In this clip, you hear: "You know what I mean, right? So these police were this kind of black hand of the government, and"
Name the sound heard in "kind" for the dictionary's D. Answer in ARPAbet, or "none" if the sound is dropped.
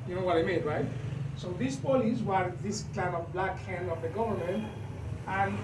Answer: none